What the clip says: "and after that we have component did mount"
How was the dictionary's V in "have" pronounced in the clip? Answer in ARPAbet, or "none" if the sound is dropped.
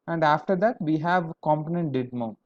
V